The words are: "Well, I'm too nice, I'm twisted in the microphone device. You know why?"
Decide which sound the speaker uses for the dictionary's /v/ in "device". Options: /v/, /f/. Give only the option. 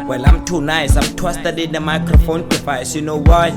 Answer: /f/